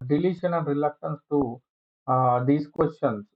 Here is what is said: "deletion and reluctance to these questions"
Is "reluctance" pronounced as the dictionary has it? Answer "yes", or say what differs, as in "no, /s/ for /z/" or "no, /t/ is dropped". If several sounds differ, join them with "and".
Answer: yes